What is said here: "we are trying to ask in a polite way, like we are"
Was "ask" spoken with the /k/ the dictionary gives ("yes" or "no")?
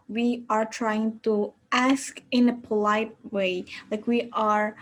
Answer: yes